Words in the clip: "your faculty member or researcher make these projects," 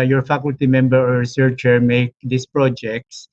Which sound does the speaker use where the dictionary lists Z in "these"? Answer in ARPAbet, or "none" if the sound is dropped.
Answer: S